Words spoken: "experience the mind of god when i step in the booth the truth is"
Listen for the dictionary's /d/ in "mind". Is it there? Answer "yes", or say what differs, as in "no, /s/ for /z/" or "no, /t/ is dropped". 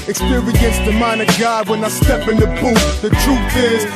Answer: no, /d/ is dropped